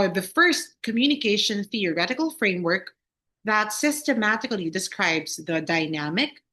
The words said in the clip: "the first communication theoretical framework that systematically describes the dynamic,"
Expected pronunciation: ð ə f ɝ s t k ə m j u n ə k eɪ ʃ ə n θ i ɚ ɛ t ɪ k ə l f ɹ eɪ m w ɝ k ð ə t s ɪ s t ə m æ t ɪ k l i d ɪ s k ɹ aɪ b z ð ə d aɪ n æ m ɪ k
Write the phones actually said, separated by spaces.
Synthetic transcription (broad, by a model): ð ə f ɝ s t k ə m j u n ə k eɪ ʃ ə n θ i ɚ ɛ t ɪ k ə l f ɹ eɪ m w ɝ k ð ə t s ɪ s t ə m æ t ɪ k l i d ɪ s k ɹ aɪ b z ð ə d aɪ n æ m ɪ k